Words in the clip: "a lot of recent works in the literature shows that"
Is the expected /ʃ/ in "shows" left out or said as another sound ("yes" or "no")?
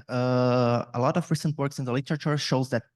no